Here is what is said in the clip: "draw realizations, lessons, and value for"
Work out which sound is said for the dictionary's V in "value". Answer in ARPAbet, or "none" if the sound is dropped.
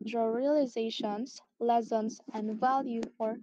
V